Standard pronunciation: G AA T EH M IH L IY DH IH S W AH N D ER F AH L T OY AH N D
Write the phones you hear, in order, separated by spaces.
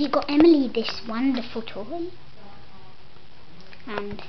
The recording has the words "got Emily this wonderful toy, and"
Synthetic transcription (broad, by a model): G AA T EH M IH L IY DH IH S W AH N D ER F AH L T OY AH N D